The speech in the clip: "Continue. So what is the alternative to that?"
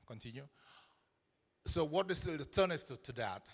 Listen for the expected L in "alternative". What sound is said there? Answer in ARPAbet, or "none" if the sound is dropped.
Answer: none